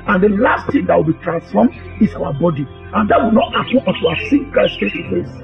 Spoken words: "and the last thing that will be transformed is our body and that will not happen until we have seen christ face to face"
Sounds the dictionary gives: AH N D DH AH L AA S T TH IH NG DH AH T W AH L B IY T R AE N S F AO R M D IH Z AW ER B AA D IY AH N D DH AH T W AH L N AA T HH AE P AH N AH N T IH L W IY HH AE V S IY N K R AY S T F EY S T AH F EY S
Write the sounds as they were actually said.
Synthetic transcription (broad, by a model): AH N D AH L AA S T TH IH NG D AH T W AH L B IY T R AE N S F AO M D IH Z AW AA B AA D IY AH N D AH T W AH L N AA T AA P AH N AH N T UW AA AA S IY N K AY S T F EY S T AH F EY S